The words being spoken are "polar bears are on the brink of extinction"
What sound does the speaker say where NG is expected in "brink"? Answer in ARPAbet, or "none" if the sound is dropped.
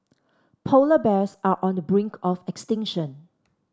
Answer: NG